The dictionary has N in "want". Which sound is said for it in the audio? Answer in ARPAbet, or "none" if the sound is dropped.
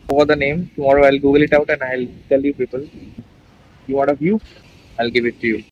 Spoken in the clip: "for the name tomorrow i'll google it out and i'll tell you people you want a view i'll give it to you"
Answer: none